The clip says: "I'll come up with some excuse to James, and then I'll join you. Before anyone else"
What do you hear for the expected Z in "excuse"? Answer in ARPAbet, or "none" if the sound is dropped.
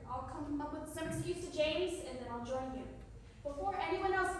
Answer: none